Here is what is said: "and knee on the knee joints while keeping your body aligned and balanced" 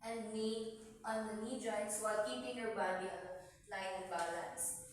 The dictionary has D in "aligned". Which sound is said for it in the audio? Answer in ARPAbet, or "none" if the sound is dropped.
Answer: none